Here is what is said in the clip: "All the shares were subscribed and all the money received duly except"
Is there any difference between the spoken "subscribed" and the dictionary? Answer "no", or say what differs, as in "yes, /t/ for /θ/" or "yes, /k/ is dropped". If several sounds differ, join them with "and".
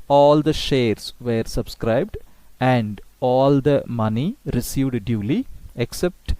no